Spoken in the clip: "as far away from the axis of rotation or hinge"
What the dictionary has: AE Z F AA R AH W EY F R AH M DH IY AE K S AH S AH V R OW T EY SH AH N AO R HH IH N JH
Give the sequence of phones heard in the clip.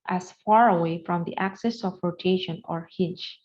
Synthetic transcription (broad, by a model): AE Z F AA R AH W EY F R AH M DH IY AE K S AH S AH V R OW T EY SH AH N AO R HH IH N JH